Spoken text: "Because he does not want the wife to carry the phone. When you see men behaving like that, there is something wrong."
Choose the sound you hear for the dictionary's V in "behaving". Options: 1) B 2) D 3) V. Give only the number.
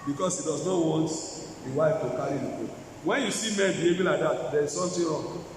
1